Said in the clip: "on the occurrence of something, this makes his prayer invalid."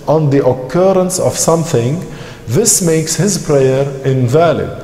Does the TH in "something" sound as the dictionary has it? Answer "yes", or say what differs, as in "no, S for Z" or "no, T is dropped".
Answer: yes